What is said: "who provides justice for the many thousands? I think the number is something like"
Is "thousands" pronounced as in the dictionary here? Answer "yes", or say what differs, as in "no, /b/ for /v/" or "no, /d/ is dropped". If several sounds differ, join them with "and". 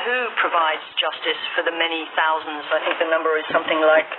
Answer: yes